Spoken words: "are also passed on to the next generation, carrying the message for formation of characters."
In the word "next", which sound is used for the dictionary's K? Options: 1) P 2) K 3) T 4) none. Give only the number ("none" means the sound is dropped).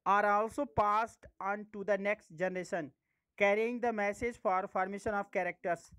2